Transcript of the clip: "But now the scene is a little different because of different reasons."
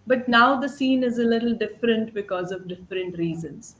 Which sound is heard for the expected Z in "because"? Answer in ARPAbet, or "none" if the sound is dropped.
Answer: Z